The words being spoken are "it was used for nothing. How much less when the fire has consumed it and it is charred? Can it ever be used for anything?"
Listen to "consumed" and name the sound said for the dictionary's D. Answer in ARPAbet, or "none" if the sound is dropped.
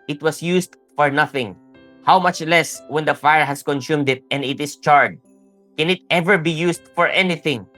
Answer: D